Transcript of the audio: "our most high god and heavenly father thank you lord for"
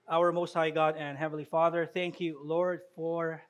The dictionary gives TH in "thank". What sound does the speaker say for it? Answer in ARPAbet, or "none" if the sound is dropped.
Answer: TH